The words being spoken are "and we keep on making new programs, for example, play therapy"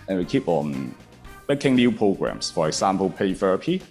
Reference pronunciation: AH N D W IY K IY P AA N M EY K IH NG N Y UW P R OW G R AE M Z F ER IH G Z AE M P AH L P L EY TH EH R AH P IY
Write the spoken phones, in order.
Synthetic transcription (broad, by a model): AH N W IY K IY P AA N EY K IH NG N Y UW P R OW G R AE M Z F ER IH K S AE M P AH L P EY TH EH R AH P IY